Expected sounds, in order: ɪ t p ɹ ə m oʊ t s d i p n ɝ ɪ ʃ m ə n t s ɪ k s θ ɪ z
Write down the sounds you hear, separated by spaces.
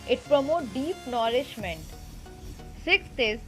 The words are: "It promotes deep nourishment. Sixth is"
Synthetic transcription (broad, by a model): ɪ t p ɹ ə m oʊ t d i p n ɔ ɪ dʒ m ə n t s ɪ k s t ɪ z